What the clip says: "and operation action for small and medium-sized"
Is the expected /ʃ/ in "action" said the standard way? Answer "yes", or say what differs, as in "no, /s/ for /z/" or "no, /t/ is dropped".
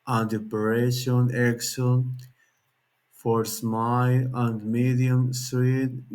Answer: no, /s/ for /ʃ/